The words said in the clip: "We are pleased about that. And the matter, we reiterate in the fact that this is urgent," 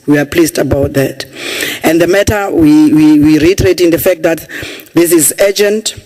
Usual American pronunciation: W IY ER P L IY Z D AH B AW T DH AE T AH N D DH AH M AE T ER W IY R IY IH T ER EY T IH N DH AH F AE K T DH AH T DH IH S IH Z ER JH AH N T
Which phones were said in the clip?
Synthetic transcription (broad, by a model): W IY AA P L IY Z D AH B AW T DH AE T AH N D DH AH M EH T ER W IY W IY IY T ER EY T IH N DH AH F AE K T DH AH T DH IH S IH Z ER JH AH N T